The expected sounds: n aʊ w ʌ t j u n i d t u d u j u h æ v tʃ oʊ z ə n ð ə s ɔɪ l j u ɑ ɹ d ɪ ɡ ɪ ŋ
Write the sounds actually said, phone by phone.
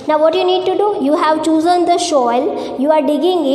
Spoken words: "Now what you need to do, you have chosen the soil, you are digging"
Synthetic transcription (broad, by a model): n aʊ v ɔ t j u n i d t u d u j u h æ v tʃ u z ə n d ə ʃ ɔɪ l j u ɑ ɹ d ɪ ɡ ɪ ŋ